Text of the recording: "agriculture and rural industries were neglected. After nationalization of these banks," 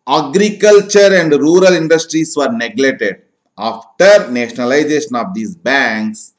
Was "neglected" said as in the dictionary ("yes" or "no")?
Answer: no